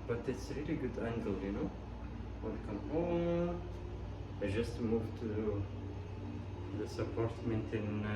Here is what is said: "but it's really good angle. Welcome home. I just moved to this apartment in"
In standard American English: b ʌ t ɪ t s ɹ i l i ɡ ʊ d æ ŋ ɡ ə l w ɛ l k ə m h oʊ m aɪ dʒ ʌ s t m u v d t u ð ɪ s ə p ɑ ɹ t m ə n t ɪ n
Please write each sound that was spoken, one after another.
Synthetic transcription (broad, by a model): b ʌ t ɪ t s ɹ i l i ɡ ʊ d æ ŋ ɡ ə l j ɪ n k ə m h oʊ aɪ dʒ ʌ s t m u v t u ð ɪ s ə p ɑ ɹ t m ə n t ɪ n